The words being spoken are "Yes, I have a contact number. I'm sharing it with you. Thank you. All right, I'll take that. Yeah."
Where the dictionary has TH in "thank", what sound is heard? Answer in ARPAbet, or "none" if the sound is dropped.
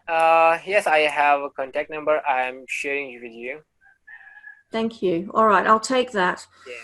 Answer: TH